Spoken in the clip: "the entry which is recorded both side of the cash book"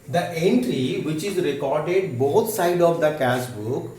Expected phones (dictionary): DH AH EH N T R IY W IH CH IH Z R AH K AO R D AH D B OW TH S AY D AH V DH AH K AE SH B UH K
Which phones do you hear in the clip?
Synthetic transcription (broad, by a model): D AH EH N T R IY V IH CH IH Z R AH K AO R D AH D B OW T S AY D AH V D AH K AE S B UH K